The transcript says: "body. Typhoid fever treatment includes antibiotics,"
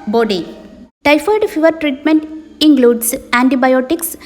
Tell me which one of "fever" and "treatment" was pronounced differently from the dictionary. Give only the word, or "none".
none